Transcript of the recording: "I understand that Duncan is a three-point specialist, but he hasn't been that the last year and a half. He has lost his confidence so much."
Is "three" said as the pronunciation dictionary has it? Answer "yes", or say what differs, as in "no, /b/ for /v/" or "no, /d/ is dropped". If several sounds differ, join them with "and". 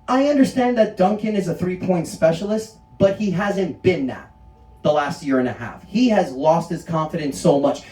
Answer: yes